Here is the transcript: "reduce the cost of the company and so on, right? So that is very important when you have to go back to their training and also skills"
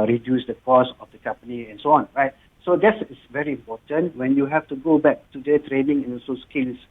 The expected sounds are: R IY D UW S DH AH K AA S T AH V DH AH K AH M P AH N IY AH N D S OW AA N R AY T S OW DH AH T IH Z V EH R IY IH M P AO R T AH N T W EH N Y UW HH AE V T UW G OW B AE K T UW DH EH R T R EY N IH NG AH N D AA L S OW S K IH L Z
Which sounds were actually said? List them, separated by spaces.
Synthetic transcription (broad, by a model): R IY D UW S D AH K AA S AH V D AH K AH M P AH N IY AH N S OW AA N R AY T S OW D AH T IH S V EH R IY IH M P AO T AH N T W EH N Y UW HH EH F T UW G OW B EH K T UW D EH T R EY N IH NG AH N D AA S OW S K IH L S